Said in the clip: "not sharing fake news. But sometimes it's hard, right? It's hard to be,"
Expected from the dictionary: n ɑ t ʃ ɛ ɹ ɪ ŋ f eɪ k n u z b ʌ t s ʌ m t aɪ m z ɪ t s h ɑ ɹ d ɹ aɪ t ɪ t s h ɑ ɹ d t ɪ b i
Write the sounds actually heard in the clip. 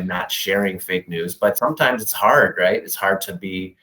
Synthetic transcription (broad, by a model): n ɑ t ʃ ɛ ɹ ɪ ŋ f eɪ k n u z b ʌ t s ʌ m t aɪ m z ɪ t s h ɑ ɹ d ɹ aɪ t ɪ t s h ɑ ɹ d t ɪ b i